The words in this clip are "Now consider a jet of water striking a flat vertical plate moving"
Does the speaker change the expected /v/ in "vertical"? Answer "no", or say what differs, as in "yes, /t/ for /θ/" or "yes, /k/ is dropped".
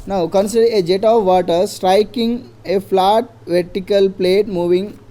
no